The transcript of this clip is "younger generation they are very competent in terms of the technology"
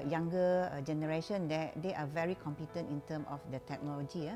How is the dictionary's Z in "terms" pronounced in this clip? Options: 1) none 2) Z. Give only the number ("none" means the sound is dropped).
1